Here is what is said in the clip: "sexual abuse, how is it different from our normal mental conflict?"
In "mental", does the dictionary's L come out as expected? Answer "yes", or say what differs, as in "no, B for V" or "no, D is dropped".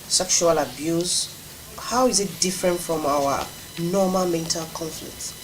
yes